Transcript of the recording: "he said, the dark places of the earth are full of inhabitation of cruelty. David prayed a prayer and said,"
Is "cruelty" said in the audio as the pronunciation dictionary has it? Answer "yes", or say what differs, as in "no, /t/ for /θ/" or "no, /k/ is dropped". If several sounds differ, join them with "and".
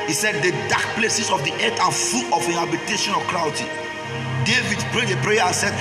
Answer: no, /w/ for /l/